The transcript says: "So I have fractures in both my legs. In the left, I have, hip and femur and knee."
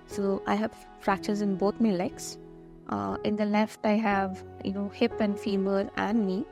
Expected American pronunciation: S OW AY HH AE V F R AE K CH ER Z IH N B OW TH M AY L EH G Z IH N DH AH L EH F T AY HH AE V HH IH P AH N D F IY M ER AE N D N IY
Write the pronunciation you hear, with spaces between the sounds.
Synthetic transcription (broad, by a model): S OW AY HH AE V F R AE K CH ER Z IH N B OW T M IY L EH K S IH N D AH L EH F T AY HH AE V HH IH P AH N D F IY M ER AE N D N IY